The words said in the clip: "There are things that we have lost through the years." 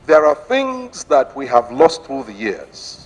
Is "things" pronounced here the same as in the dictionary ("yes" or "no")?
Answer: yes